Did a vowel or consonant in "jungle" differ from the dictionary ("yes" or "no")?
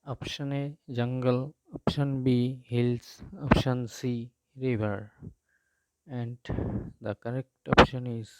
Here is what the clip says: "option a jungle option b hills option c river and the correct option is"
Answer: no